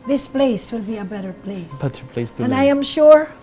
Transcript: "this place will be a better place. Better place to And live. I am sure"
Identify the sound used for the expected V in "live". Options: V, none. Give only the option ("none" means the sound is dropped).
none